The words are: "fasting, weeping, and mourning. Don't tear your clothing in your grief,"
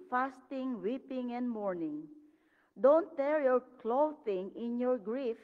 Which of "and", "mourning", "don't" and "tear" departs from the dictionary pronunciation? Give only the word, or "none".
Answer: none